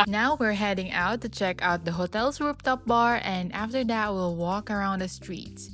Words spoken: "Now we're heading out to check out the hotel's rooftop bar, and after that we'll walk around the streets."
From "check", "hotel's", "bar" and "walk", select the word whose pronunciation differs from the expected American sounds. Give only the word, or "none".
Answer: hotel's